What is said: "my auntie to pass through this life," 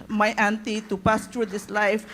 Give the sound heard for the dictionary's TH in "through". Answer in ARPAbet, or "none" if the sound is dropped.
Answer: T